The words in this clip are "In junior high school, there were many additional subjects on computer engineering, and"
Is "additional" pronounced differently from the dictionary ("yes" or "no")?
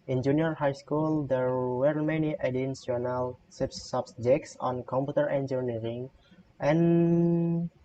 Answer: yes